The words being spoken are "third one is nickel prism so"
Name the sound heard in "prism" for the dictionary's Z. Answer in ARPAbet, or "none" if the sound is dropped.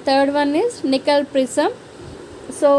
S